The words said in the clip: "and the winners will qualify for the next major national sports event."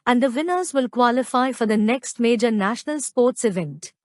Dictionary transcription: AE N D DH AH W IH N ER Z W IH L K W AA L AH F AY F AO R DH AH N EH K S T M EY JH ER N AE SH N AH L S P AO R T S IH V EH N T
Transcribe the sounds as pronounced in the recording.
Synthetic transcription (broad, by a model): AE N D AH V IH N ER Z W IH L K W AA L AH F AY F AO R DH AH N EH K S T M EY JH ER N AE SH N AH L S P AO R T S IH V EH N T